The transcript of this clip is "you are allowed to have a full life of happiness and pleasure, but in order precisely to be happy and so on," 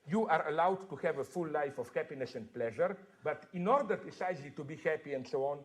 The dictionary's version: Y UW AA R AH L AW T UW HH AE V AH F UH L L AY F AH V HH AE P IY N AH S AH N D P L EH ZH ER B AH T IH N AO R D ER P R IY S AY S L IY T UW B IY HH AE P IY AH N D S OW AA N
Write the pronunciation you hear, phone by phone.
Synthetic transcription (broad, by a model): Y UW AA R AH L AW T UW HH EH V AH F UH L L AY F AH F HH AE P IY N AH S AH N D P L EH ZH ER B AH T IH N AO R D ER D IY S AY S L IY T UW B IY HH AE P IY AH N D S OW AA N